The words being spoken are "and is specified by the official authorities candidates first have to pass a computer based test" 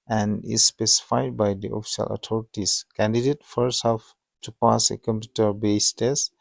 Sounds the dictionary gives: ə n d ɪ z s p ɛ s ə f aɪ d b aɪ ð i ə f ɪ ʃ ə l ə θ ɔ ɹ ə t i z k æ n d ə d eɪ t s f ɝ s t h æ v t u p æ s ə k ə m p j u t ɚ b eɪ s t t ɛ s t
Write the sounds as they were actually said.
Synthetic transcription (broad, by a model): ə n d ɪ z s p ɛ s ə f aɪ d b aɪ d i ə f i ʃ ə l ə t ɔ ɹ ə t i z k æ n d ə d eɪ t f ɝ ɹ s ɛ f t u p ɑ s ə k ə m p j u t ɚ b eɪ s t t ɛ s